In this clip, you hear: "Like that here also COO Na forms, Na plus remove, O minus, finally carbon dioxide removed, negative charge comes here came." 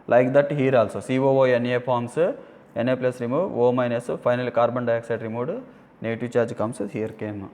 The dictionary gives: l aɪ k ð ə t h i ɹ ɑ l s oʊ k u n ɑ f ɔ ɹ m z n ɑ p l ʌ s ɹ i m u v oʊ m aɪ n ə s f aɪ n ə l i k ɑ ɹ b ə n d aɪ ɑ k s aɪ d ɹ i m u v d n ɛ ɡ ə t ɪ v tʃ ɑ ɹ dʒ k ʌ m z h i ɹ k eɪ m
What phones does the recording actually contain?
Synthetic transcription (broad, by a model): l aɪ k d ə t h i ɹ ɑ l s oʊ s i n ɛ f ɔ ɹ m s n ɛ p l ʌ s ɹ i m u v oʊ m aɪ n ə s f aɪ n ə l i k ɑ ɹ b ə n d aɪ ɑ k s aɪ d ɹ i m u d n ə t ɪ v tʃ ɑ ɹ dʒ k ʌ m s h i ɹ k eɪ m